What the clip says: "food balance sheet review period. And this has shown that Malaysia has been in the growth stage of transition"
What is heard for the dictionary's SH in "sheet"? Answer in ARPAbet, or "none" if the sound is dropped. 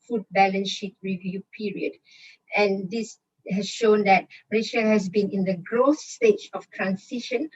SH